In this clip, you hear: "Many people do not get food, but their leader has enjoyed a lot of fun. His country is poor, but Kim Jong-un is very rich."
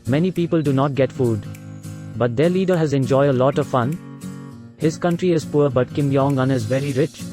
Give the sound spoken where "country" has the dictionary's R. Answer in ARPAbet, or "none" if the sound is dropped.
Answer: R